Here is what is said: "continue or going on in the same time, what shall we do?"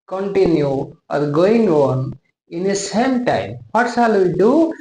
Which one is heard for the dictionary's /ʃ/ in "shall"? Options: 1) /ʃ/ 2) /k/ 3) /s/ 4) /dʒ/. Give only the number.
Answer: 3